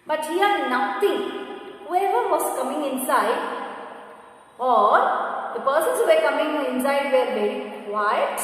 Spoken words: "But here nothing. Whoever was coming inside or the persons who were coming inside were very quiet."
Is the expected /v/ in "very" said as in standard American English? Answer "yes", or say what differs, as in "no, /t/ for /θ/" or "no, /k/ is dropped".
no, /b/ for /v/